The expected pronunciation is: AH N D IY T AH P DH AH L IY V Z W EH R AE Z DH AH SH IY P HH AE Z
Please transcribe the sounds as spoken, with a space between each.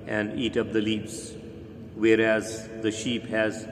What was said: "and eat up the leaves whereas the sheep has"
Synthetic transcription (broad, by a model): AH N D IY T AH P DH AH L IY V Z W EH R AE Z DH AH SH IY P HH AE Z